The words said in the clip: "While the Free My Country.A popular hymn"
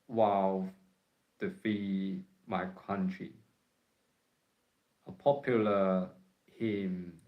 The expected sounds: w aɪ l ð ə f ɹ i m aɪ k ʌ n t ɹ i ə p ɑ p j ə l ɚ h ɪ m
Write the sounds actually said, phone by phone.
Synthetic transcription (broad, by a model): w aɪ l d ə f i m aɪ k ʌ n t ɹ i ə p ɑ p j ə l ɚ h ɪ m